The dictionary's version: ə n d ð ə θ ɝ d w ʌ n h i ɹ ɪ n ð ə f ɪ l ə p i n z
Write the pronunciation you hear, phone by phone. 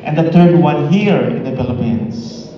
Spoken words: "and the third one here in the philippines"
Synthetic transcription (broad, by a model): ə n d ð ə t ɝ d w ʌ n h i ɹ ɪ n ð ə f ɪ l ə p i n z